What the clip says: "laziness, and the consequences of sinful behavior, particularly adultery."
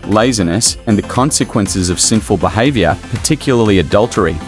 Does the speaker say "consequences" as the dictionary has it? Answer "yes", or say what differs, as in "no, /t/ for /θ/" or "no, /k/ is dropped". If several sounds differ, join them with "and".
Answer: yes